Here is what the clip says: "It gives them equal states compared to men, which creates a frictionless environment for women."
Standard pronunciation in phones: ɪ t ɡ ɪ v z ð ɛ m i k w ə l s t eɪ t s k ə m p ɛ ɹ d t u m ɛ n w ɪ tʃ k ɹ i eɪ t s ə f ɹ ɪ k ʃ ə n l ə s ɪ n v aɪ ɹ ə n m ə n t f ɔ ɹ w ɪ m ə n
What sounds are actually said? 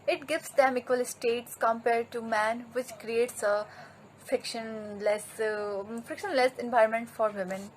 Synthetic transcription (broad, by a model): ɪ t ɡ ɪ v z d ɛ m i k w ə l s t eɪ t s k ə m p ɛ ɹ d t u m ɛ n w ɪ tʃ k ɹ i eɪ t s ə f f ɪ k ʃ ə n l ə s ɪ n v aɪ ə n m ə n t f ɔ ɹ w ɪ m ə n